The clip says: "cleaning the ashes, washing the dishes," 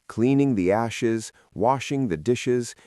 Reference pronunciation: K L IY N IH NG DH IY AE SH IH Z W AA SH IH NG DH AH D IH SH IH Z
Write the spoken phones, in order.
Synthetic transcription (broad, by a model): K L IY N IH NG DH IY AE SH IH Z W AA SH IH NG DH AH D IH SH IH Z